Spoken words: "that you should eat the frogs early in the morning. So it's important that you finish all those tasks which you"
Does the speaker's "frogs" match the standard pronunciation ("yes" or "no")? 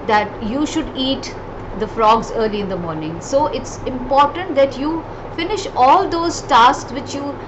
yes